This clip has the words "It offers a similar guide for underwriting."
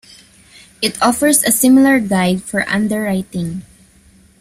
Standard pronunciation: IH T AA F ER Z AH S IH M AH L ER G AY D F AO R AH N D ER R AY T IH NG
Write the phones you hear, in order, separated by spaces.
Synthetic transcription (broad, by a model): IH T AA F ER S AH S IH M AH L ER G AY D F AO R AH N D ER R AY T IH NG